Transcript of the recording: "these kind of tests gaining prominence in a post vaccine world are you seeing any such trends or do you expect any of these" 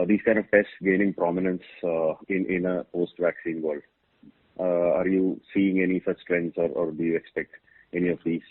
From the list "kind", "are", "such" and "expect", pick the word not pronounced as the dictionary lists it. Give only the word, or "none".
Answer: such